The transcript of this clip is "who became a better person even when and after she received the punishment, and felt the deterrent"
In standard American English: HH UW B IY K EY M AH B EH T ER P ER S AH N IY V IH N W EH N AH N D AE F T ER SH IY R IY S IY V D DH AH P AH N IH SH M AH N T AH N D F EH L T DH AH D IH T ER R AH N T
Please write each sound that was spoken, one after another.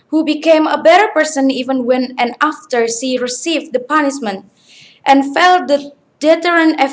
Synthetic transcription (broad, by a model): HH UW B IY K EY M AH B EH T ER P ER S AH N IY V IH N W EH N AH N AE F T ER S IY R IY S IY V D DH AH P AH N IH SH M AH N T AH N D F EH L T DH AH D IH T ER R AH N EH